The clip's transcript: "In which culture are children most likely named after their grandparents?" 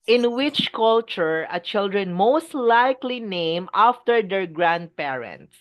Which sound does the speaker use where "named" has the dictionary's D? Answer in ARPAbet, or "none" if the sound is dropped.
none